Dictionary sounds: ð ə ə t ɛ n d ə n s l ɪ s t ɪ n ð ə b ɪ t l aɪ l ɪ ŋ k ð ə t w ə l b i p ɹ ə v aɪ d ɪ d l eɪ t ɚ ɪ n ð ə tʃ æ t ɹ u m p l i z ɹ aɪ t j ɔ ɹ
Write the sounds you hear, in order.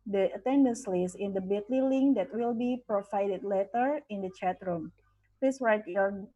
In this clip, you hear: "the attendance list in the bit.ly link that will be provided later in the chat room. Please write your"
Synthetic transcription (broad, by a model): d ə ə t ɛ n d ə n s l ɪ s ɪ n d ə b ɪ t l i l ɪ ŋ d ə t w ə l b i p ɹ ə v aɪ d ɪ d l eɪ t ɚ ɪ n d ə tʃ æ t ɹ u m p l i s ɹ aɪ t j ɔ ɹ